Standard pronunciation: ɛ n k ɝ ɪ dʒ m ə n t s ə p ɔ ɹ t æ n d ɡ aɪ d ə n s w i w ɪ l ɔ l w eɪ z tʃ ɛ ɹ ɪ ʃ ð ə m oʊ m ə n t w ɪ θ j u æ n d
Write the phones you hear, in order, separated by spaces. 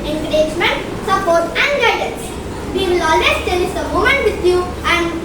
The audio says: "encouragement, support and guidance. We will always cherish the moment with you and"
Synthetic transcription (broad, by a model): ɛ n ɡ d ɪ dʒ m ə n t s ə p ɔ ɹ t æ n d ɡ aɪ d ə n s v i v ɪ l ɔ l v eɪ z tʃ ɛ l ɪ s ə m oʊ m ə n t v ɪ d j u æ n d